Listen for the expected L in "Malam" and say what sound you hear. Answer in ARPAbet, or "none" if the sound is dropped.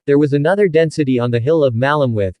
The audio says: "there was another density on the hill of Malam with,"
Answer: L